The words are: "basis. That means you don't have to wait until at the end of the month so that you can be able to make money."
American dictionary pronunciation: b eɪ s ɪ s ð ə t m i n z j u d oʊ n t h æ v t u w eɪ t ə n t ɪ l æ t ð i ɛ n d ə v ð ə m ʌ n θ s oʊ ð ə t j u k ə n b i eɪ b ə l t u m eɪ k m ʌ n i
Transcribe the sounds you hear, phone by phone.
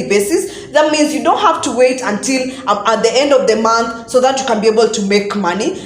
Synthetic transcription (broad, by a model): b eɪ s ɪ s ð ə t m i n z j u d oʊ n t h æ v t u w eɪ t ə n t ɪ l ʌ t ð i ɛ n d ə v ð ə m ʌ n θ s oʊ ð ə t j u k ə n b i eɪ b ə l t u m eɪ k m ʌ n i